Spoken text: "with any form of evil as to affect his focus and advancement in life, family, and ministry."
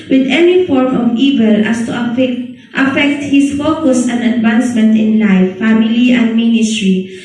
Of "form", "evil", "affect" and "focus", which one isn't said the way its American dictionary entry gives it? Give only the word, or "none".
none